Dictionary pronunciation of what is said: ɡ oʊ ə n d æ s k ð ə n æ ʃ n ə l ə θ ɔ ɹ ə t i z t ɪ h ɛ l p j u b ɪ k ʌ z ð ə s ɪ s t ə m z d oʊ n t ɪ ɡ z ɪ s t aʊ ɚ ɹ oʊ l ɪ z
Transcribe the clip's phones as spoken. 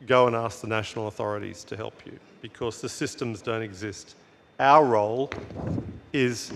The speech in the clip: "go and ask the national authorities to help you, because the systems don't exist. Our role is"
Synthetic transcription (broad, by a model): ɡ oʊ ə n æ s k ð ə n æ ʃ n l ə θ ɔ ɹ ə t i z t ɪ h ɛ l p j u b ɪ k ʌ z ð ə s ɪ s t ə m z d oʊ n t ɪ ɡ z ɪ s t aʊ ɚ ɹ oʊ l ɪ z